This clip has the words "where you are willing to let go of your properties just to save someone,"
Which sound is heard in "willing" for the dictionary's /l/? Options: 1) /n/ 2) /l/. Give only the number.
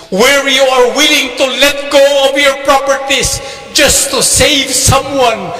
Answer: 2